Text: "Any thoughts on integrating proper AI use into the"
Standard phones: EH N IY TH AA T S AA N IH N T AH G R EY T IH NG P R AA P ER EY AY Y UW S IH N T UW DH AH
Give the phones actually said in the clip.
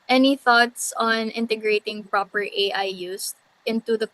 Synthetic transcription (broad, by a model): EH N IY TH AA T S AA N IH N T AH G R EY T IH NG P R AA P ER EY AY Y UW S IH N T UW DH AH